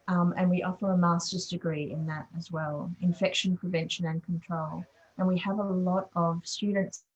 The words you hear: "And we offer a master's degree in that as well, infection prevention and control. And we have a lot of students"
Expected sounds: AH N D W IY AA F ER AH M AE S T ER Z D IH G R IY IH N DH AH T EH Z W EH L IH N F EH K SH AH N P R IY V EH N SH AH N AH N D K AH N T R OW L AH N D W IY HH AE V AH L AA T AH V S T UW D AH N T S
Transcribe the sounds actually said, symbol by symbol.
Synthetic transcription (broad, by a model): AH N W IY AA F ER AH M AE S T ER Z D IH G R IY IH N DH AH T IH Z W EH L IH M F EH K SH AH N P R IY V EH N SH AH N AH N K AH N T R OW L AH N W IY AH V AH L AA T AH V S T UW D N T S